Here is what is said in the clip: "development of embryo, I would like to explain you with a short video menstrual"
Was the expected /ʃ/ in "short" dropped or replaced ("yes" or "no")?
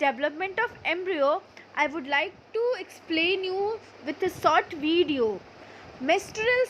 yes